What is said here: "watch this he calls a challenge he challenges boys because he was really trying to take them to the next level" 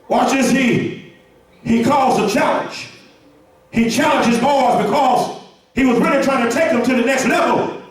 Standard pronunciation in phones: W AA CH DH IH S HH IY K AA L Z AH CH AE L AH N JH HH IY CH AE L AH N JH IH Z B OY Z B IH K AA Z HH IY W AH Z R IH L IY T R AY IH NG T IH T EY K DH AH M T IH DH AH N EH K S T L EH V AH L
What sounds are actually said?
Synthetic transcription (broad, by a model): W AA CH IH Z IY IY K AA L Z AH CH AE L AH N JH HH IY CH AE L AH N JH IH Z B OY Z B IH K AA Z HH IY W AH Z R IH L IY T R AY IH NG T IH T EY K DH AH M T IH DH AH N EH K S T L EH V L